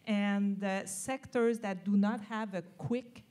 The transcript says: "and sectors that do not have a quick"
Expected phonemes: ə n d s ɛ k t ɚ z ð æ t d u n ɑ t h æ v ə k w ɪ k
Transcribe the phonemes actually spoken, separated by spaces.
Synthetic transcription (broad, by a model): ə n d s ɛ k t ɚ z ð æ t d u n ɑ t h æ v ə k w ɪ k